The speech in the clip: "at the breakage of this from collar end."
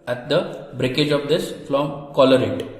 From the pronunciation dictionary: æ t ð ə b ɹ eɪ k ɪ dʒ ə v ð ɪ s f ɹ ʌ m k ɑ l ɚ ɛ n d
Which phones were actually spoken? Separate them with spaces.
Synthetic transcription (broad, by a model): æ t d ə b ɹ eɪ k ɪ dʒ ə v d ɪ s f l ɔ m k ɑ l ɚ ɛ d